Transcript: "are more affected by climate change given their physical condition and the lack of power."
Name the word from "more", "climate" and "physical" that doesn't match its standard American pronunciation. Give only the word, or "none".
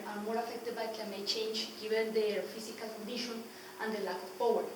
physical